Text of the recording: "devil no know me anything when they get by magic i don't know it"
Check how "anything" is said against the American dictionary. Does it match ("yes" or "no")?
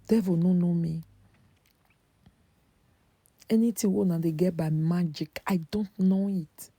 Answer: no